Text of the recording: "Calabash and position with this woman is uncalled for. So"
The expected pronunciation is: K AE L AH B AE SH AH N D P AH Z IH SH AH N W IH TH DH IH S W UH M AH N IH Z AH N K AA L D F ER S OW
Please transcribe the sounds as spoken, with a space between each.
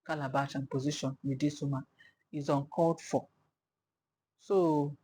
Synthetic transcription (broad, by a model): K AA L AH B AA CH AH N P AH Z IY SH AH N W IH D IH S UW M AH IH Z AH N K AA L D F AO S OW